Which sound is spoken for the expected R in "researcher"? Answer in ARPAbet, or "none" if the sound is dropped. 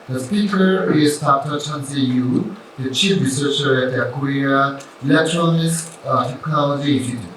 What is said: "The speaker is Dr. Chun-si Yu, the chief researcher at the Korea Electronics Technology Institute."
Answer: R